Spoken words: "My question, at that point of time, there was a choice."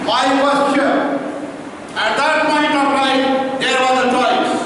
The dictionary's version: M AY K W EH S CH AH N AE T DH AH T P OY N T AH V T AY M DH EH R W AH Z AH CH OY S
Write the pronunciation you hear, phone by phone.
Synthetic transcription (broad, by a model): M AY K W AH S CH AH AE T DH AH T P OY N T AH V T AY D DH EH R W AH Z AH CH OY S